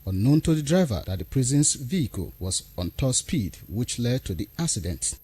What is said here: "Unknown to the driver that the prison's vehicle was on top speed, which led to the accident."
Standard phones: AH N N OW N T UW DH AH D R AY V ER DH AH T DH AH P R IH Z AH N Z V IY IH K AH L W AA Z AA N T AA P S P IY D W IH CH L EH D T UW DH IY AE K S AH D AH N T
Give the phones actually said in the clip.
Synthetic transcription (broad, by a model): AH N N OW N T UW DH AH D R AY V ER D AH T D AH P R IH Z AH N S V IY IH K AH L W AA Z AA N T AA S P IY D W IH CH L EH D T UW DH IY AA K S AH D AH N T